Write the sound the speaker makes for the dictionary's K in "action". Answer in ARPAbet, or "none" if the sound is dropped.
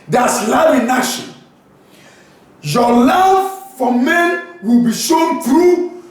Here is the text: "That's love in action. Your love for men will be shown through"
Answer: none